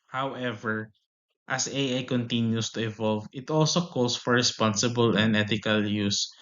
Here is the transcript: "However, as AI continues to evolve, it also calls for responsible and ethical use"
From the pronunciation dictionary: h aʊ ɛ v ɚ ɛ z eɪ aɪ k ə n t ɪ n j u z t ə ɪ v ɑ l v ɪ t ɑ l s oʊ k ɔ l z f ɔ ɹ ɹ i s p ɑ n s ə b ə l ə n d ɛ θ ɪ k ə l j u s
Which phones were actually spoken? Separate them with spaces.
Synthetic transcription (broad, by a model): h aʊ ɛ v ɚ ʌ s eɪ aɪ k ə n t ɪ n j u s t ə ɪ v ɑ l v ɪ t ɑ l s oʊ k ɔ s f ɔ ɹ ɹ i s p ɑ n s ə b ə l ə n d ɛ t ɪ k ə l j u s